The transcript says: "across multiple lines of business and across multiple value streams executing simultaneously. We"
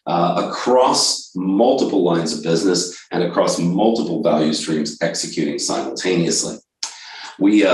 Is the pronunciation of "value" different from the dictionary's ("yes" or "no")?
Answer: no